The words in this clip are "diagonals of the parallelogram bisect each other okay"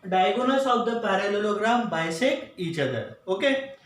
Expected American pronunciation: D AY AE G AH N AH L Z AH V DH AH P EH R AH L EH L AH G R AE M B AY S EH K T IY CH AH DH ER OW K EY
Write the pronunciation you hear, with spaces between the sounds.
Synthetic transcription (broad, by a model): D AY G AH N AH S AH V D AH P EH R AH L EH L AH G R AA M B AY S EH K IY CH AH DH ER OW K EY